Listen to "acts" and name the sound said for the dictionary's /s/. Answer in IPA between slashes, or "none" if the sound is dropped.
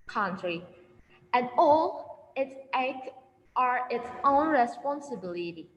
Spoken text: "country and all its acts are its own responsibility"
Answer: none